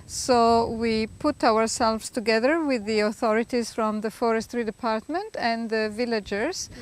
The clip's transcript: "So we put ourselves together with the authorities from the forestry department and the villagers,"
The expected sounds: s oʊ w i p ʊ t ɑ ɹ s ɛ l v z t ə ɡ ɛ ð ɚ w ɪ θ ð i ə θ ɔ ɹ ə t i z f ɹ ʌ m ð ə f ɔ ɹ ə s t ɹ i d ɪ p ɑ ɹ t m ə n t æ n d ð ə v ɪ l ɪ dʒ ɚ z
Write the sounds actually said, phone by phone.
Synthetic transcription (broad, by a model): s oʊ w i p ʊ t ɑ ɹ s ɛ l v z t ə ɡ ɛ ð ɚ w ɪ ð i ə θ ɔ ɹ ə t i z f ɹ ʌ m ð ə f ɔ ɹ ə s t ɹ i d ɪ p ɑ ɹ t m ə n t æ n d ð ə v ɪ l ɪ dʒ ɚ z